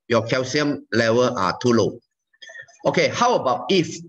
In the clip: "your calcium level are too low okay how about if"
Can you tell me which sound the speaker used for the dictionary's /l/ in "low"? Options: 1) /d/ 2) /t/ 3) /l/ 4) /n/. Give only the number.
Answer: 3